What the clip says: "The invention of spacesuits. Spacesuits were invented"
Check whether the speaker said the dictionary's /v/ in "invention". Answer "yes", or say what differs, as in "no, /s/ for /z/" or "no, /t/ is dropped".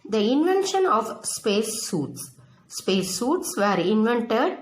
yes